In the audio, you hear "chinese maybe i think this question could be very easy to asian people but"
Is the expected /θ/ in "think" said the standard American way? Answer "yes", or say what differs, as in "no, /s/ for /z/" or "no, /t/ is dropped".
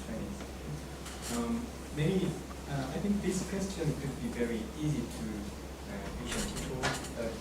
yes